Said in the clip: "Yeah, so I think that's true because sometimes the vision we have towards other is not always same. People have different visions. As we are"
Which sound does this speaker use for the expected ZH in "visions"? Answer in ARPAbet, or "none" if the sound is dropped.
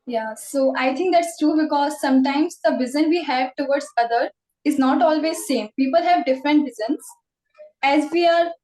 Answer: Z